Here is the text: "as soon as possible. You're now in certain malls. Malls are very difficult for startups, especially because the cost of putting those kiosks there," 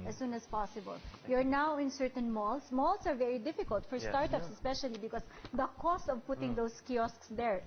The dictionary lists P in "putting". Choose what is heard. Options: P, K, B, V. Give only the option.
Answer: P